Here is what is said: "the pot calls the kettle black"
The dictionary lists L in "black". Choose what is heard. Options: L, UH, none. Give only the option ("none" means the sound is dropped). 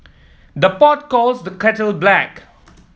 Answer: L